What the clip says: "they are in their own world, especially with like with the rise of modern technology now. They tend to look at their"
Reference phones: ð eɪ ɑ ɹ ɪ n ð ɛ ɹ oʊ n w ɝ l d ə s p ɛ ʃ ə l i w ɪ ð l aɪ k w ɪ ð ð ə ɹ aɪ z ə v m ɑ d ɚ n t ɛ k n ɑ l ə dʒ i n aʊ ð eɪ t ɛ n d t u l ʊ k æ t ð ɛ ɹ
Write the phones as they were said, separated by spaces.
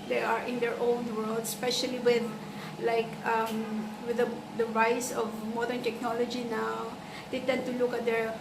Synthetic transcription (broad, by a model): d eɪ ɑ ɹ ɪ n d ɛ ɹ oʊ n w ɝ l d s p ɛ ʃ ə l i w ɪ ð l aɪ k w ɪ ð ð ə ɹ aɪ s ə v m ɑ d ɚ n t ɛ k n ɑ l ə dʒ i n aʊ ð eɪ t ɛ n d t u l ʊ k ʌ t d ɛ ɹ